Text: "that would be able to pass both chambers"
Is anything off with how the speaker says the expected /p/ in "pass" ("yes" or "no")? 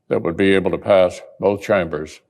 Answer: no